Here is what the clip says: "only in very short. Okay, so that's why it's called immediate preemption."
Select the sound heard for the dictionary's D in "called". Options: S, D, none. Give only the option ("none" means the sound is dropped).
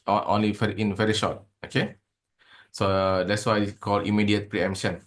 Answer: none